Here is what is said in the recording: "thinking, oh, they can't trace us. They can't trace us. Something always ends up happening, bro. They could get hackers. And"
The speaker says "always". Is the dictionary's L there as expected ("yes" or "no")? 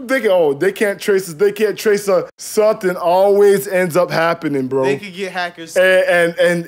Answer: yes